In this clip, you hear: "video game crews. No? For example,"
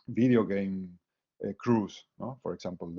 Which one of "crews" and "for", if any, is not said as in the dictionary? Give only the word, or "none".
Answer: crews